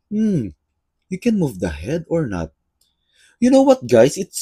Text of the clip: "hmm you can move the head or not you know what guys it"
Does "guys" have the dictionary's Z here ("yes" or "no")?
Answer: no